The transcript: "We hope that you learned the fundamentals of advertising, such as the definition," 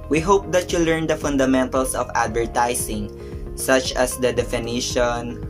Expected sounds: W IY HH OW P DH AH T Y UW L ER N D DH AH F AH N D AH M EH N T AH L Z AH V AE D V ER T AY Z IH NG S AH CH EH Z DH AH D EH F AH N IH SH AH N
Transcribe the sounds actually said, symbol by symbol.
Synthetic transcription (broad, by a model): W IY HH OW P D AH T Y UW L ER N D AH F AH N D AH M EH N T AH L S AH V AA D V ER T AY S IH NG S AH CH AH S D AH D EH F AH N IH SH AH N